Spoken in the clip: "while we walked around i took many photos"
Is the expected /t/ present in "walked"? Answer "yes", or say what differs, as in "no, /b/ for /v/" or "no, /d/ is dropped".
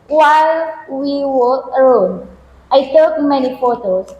no, /t/ is dropped